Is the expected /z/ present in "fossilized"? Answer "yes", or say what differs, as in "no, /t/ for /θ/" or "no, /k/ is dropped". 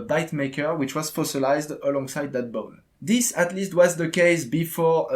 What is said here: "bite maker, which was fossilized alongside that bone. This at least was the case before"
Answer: yes